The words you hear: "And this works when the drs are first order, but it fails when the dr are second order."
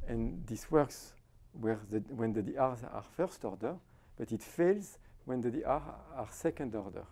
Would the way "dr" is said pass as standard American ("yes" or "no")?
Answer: no